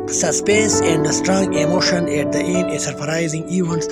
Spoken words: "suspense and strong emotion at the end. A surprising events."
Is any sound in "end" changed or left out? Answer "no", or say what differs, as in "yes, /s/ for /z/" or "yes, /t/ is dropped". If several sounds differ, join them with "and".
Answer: yes, /d/ is dropped